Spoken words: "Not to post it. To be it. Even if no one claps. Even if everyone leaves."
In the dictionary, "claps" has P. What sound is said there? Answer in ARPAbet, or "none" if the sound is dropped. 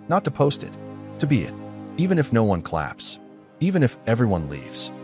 P